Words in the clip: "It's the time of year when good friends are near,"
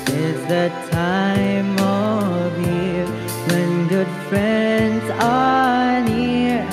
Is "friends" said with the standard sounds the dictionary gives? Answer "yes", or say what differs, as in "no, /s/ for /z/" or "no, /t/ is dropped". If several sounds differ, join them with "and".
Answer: yes